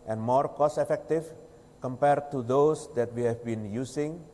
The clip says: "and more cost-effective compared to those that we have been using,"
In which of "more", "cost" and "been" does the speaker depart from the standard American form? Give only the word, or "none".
cost